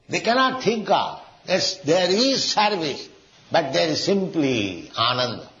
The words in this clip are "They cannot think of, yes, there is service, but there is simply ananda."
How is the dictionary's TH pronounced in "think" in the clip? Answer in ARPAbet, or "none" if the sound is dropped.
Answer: T